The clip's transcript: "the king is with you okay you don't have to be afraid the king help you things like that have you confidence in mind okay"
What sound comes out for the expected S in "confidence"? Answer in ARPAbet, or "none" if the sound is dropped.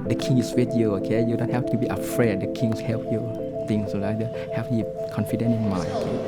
none